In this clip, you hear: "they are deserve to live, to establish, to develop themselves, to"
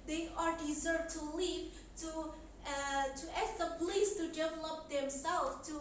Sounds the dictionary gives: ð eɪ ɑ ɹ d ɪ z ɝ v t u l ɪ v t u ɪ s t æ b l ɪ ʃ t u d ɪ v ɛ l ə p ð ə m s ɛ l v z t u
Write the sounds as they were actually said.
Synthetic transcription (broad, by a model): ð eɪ ɑ ɹ d ɪ z ɝ v t u l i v t u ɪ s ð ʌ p l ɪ s t u d ɪ v ɛ l ə p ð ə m s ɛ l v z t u